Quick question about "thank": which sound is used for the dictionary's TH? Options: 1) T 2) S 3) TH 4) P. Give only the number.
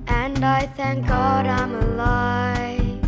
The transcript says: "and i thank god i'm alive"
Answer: 3